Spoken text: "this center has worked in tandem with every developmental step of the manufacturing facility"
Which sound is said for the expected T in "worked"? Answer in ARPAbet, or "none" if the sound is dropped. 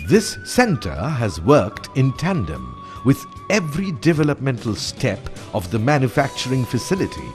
T